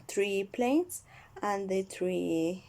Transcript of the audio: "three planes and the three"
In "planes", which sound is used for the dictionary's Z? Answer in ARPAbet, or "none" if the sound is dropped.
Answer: S